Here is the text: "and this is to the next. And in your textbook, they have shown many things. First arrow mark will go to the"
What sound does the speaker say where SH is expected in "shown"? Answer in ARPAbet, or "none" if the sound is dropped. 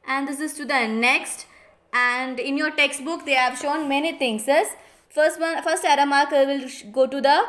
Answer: SH